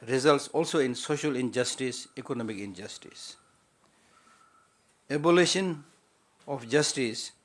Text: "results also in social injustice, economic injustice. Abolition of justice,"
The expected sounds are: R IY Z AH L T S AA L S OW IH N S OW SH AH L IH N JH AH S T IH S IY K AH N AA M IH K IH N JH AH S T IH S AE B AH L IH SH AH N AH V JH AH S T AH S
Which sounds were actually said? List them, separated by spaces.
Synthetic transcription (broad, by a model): R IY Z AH L T S AA L S OW IH N S OW SH AH L IH N JH AH S T IH S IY K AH N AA M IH K IH N JH AH S T IH S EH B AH L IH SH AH N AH F JH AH S T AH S